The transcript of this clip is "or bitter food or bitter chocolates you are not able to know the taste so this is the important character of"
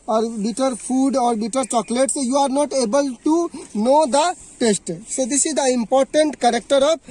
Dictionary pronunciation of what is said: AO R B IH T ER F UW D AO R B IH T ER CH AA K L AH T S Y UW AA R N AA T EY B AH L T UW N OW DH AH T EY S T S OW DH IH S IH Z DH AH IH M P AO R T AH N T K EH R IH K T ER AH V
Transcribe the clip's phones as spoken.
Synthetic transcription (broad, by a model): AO R B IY T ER P UW D AO R B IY T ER CH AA K L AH T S Y UW AA R N AA T EY B AH L T UW N OW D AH T EY S T S OW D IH S IH Z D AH IH M P AO R T AH N T K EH R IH K T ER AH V